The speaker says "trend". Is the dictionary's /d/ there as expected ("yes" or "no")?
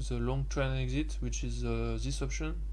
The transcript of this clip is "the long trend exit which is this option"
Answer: no